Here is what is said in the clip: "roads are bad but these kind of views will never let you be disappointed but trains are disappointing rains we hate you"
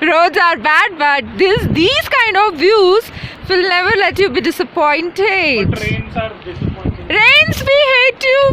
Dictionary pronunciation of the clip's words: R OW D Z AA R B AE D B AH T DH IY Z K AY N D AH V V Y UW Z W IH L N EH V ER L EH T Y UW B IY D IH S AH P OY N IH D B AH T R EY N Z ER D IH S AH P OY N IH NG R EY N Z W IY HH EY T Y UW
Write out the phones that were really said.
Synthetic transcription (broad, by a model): R OW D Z AA R B AE D B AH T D IY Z K AY N D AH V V Y UW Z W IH L N EH V ER L EH T Y UW B IY D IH S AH P OY N T EY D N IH R EY N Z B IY HH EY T Y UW